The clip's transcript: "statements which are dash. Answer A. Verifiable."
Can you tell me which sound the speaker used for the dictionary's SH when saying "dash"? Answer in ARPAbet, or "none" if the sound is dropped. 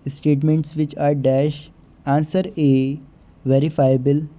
SH